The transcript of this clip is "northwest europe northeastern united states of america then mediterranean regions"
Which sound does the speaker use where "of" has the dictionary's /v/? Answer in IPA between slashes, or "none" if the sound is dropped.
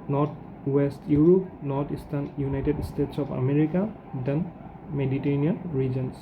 /p/